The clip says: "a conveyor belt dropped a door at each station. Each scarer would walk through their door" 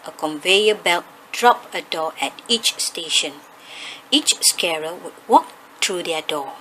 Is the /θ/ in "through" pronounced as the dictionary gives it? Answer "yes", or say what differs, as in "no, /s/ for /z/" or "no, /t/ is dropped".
no, /t/ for /θ/